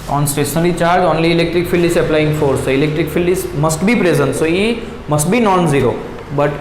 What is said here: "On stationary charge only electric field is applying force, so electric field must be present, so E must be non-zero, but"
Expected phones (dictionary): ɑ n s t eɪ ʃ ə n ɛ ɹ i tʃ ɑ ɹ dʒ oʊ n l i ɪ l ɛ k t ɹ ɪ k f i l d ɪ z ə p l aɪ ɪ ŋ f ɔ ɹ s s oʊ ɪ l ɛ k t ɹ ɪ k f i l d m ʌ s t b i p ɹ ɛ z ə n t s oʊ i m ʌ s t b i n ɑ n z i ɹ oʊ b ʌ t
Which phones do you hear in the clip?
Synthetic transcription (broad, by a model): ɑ n s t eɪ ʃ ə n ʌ l i tʃ ɑ ɹ dʒ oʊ n l i ɪ l ɛ k t ɹ ɪ k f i l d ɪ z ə p l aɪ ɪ ŋ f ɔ ɹ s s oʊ ɪ l ɛ k t ɹ ɪ k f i l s m ʌ s t b i p ɹ ɛ z ə n t s oʊ i m ʌ s t b i n ɑ n z i ɹ oʊ b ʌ t